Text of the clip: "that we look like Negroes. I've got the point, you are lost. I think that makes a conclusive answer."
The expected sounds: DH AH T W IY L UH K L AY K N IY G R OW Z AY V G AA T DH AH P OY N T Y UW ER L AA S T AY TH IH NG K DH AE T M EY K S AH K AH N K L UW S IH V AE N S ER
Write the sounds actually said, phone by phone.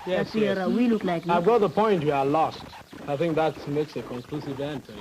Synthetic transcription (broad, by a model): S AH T W IY L UH K L AY K AY V G AA T DH AH P OY N T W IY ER L AA S T AY TH IH NG K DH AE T M EY K S AH K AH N K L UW S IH V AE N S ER